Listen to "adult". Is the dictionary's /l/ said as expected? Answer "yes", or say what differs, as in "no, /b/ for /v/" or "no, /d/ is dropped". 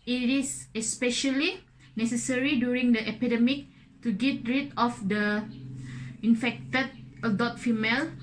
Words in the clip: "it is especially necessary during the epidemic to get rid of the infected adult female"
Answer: no, /l/ is dropped